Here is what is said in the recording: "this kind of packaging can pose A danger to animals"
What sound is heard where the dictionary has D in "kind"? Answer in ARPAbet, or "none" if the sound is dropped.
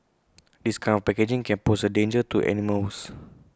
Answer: none